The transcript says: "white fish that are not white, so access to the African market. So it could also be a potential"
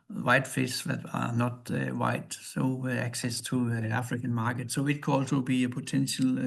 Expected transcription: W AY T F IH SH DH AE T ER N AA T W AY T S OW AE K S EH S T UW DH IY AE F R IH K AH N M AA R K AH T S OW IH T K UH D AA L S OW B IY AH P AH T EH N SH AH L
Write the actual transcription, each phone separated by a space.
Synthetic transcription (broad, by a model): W AY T F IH S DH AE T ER N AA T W AY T S OW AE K S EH S T UW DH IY AE F R IH K AH N M AA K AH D S OW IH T K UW AA L S OW B IY AH P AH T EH N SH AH L